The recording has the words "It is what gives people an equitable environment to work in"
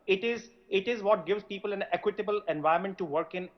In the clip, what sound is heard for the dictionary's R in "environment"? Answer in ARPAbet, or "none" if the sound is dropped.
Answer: none